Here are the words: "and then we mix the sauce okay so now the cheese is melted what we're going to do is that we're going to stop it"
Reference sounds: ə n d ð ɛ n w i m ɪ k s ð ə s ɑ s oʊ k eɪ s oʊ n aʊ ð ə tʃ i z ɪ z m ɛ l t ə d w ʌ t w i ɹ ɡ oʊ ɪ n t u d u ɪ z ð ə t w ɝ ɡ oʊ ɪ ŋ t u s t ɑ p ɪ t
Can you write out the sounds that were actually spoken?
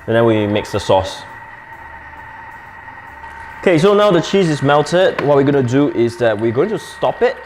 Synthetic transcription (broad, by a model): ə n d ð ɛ n w i m ɪ k s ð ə s ɑ s oʊ k eɪ s oʊ n aʊ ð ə tʃ i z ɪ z m ɛ l t ə d w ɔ t w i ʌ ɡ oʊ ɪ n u d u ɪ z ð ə t w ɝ ɡ oʊ ɪ ŋ t u s t ɑ p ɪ t